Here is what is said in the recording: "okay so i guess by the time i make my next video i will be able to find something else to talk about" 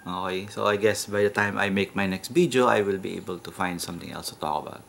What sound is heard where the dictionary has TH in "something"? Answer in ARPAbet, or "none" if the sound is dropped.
T